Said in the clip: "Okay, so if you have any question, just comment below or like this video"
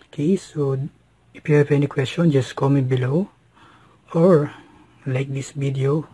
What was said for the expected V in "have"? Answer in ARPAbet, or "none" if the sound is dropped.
P